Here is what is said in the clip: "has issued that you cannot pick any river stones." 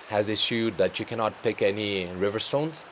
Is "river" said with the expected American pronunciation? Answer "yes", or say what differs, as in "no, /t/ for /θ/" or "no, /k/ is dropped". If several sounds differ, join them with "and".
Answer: yes